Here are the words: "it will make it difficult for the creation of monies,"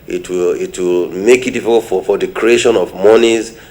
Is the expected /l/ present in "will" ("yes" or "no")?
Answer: yes